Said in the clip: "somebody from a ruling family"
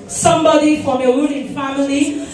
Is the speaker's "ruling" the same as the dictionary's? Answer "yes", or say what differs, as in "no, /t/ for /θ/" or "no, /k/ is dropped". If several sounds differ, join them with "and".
no, /w/ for /ɹ/